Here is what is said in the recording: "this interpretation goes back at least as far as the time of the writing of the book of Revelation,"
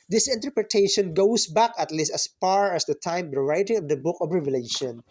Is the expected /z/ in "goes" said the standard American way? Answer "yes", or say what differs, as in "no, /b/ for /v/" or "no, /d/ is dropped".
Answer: no, /s/ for /z/